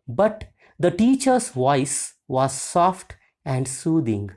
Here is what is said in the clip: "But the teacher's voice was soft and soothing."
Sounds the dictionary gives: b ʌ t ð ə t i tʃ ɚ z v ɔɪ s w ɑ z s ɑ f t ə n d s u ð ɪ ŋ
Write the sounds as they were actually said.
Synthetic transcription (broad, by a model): b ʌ t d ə t i tʃ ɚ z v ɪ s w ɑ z s ɑ f t ə n d s u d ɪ ŋ